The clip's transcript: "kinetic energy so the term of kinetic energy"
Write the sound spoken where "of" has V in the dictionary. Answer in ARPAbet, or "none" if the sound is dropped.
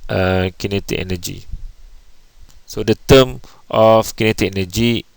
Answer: F